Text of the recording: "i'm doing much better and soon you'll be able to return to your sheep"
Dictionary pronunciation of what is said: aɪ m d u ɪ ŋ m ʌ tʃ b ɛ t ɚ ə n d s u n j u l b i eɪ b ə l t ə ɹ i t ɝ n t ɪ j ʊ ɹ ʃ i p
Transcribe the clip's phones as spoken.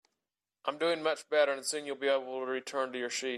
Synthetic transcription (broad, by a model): aɪ m d u ɪ ŋ m ʌ tʃ b ɛ t ɚ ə n s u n j u l b i eɪ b l t ə ɹ i t ɝ n t ɪ j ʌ ɹ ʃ i